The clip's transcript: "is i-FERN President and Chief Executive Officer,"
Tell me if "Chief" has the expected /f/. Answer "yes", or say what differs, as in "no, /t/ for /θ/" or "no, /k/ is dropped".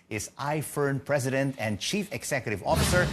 yes